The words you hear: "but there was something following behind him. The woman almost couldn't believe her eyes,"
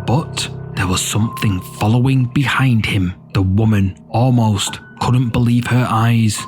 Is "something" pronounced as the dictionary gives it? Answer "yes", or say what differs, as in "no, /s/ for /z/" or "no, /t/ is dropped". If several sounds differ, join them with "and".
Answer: yes